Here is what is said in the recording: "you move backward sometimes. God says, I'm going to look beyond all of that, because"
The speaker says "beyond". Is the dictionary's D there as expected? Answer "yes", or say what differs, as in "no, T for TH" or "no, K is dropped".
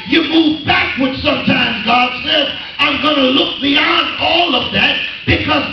yes